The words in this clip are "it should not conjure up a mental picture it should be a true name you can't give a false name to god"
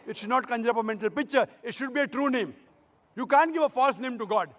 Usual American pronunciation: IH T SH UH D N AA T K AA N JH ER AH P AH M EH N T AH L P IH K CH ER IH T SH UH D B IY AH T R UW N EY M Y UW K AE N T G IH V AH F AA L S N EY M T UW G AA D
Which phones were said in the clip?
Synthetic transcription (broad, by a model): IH T SH UH D N AA T K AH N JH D AH P AH M EH N T AH L P IH K CH ER IH T SH UH D B IY AH T R UW N EY M Y UW K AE N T G IH V AH F AA L S N EY M T UW G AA D